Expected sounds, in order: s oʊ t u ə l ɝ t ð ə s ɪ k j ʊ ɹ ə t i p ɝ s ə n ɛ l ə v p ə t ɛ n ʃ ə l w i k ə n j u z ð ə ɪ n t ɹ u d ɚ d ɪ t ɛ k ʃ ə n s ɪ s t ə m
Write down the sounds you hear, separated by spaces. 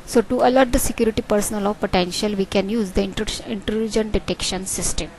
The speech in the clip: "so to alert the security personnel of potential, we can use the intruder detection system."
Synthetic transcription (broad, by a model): s oʊ t u ə l ɝ t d ə s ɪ k j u ɹ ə t i p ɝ s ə n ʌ l ə v p ə t ɛ n ʃ ə l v i k ə n j u z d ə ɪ n t l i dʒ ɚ d ɪ t ɛ k ʃ ə n s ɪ s t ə m